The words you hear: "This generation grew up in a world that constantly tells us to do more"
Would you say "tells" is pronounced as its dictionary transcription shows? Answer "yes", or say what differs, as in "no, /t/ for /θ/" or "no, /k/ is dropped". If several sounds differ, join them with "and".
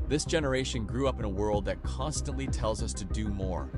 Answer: yes